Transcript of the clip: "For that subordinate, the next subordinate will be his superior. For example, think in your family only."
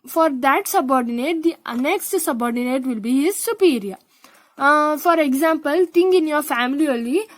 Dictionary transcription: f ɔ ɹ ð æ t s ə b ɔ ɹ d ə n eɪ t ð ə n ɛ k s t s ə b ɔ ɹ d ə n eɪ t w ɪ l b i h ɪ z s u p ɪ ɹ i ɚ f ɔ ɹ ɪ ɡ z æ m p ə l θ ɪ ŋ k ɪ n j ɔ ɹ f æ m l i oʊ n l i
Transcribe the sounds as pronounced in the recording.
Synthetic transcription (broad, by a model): f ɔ ɹ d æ t s ə b ɔ ɹ d ə n eɪ t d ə n ɛ k s t s ə b ɔ ɹ d ə n eɪ t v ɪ l b i h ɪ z s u p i ɹ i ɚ f ɔ ɹ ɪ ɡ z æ m p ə l t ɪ ŋ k ɪ n j ɔ ɹ f æ m l i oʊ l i